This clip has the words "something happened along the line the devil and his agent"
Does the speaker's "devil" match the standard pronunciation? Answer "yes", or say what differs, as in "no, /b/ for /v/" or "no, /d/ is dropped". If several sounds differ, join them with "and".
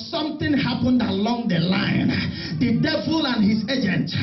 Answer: yes